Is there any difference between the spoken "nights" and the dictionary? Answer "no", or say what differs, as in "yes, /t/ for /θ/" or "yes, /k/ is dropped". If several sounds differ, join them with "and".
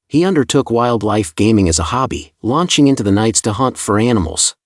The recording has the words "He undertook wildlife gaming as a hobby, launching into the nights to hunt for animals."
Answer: no